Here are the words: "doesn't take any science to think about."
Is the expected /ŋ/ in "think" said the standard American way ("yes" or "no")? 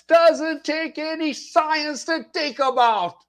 no